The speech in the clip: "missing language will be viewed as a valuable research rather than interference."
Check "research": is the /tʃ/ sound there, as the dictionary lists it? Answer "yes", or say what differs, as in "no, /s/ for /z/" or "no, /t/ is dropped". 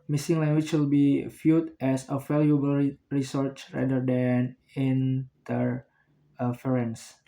yes